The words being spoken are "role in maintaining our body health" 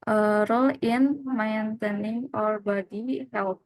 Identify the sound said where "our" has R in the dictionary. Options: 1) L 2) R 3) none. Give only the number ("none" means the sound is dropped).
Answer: 2